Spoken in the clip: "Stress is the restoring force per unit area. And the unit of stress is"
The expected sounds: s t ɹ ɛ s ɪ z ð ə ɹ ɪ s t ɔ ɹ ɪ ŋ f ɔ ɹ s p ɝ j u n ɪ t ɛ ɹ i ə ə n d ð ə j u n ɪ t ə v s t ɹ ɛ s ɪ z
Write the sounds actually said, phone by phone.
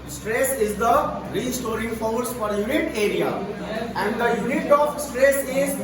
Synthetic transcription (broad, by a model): s t ɹ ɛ s ɪ z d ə ɹ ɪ s t ɔ ɹ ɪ ŋ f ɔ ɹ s f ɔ j u n ɪ t ɛ ɹ i ə ə n d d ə j u n ɪ t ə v s t ɹ ɛ s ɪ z